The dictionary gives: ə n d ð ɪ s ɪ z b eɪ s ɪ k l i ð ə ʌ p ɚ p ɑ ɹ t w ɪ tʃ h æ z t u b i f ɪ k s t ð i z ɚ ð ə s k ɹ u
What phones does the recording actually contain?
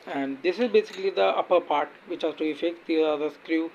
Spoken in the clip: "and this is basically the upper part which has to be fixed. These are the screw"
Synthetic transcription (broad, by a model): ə n d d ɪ s ɪ z b eɪ s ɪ k l i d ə ʌ p ɚ p ɑ ɹ t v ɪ tʃ h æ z t u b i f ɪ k t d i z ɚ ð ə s k ɹ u